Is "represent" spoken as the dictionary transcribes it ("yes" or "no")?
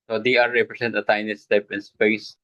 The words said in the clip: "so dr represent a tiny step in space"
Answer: no